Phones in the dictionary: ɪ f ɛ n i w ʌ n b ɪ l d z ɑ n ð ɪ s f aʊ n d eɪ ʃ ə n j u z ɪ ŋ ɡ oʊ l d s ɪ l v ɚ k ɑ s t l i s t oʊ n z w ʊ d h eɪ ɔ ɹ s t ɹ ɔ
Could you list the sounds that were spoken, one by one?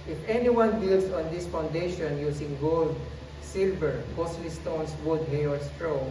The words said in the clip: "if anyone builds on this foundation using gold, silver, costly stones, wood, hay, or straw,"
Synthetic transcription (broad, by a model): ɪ f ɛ n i w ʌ n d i l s ɑ n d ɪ s f aʊ n d eɪ ʃ ə n j u s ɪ ŋ ɡ oʊ l d s ɪ l v ɚ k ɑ s l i s t oʊ n s w ʊ d h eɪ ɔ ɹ s t ɹ ɔ